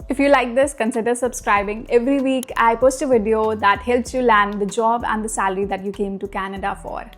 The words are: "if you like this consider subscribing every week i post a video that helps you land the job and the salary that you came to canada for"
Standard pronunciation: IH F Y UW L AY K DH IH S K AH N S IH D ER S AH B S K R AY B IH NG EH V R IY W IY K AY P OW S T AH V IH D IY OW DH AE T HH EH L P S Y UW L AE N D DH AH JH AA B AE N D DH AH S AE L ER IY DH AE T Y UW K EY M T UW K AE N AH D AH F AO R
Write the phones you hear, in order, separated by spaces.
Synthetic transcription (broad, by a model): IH F Y UW L AY K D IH S K AH N S IH D ER S AH B S K R AY B IH NG EH V R IY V IY K AY P OW S T AH V IH D IY OW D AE T HH EH L P S Y UW L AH N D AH JH AA B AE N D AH S AE L ER IY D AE T Y UW K EY M T UW K AE N AH D AH F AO R